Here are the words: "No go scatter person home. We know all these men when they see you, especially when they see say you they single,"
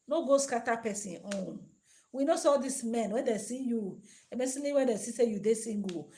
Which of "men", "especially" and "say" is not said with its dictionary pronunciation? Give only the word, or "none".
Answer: especially